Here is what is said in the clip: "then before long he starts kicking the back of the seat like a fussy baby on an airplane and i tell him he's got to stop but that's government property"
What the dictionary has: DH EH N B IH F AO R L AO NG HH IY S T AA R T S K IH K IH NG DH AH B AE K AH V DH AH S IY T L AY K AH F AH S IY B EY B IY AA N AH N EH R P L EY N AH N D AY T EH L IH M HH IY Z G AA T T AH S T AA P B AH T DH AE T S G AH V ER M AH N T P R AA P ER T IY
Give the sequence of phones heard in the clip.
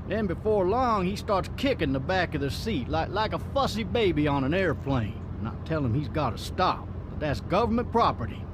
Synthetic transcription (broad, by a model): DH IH N B IH F AO R L AO NG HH IY S T AA R T S K IH K IH NG DH AH B AE K AH V DH AH S IY T L AY K AH F AH S IY B EY B IY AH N AH N EH R F L EY AH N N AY T EH L IH M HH IY Z G AA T T AH S T AA P B AH T DH AE T S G AH V ER M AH N P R AA P ER T IY